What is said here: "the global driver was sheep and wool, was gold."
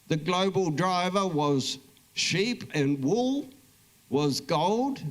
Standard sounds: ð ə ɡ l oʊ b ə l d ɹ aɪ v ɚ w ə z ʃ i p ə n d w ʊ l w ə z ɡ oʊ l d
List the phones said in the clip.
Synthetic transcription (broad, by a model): ð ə ɡ l oʊ b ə l d ɹ aɪ v ɚ w ə z ʃ i p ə n w ʊ l w ə z ɡ oʊ l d